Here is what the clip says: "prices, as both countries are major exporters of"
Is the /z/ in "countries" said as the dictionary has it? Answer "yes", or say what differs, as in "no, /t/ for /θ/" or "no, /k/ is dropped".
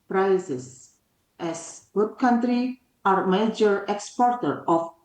no, /z/ is dropped